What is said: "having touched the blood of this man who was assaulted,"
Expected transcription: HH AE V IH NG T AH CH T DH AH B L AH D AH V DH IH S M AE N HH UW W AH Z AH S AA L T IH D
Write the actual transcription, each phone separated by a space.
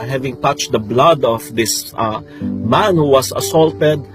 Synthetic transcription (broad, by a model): HH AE V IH NG T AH CH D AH B L AH D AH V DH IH S M AE N HH UW W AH S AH S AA L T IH D